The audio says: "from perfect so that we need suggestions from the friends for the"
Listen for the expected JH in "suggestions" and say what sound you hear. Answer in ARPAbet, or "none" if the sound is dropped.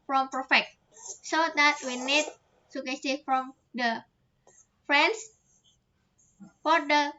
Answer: none